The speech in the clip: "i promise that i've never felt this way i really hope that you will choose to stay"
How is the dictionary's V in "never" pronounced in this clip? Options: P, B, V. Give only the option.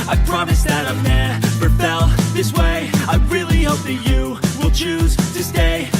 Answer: P